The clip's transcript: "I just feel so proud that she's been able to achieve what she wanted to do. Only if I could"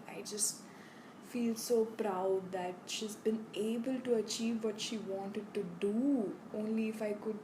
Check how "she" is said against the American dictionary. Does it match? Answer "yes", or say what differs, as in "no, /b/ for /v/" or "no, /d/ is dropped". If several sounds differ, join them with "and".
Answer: yes